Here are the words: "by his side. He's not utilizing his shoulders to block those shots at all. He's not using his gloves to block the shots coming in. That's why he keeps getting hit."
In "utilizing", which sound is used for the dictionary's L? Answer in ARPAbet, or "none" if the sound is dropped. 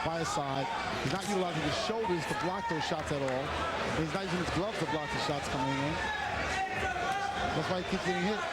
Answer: none